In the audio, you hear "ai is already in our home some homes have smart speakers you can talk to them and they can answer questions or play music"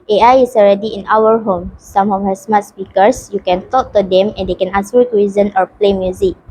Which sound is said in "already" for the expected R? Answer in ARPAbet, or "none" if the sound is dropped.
R